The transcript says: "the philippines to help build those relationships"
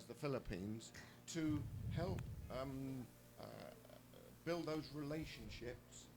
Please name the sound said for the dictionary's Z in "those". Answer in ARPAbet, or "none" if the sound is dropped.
Z